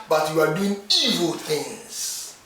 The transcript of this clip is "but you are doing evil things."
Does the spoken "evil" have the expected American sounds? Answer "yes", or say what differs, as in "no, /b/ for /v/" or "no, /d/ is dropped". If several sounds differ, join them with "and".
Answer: yes